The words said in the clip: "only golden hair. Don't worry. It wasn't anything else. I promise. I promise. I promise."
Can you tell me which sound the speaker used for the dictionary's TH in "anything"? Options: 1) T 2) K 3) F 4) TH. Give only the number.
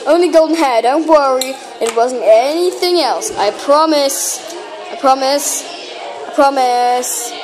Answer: 4